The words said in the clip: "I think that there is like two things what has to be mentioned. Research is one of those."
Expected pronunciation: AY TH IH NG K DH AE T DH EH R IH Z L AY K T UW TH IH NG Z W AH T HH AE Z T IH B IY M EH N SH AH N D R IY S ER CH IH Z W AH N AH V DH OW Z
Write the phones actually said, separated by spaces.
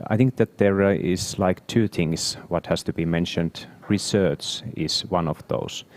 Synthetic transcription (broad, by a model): AY TH IH NG K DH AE T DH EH R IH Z L AY K T UW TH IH NG S W AH T HH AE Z T IH B IY M EH N SH AH N D R IY S ER CH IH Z W AH N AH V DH OW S